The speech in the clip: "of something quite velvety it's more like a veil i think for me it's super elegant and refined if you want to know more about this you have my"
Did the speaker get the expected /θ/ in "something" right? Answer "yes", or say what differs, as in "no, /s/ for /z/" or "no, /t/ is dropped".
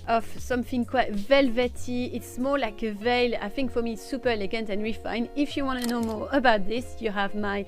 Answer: yes